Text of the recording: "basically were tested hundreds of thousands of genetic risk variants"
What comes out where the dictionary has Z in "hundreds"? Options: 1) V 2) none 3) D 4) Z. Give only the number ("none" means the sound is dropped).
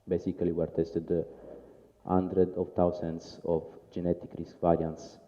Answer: 2